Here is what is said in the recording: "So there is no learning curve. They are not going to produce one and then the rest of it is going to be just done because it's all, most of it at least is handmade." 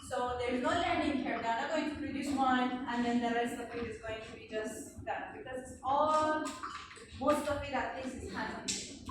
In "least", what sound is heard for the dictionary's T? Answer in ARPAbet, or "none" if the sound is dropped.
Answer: none